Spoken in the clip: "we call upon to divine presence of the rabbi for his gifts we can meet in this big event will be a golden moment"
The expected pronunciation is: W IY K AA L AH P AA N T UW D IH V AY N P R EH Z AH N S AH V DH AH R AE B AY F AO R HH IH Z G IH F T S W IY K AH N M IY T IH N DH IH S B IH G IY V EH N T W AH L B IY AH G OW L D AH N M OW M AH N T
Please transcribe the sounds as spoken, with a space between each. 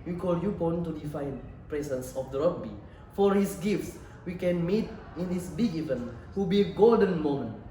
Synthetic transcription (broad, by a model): W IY K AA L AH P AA N T UW D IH F AY N P R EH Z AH N S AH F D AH R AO B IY F AO R HH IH S G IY F T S W IY K AH N M IY T IH N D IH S B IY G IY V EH N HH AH B IY G OW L D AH N M OW M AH N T